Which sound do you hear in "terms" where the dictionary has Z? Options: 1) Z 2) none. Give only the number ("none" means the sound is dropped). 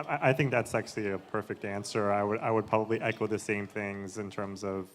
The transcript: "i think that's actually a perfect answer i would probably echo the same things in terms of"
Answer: 1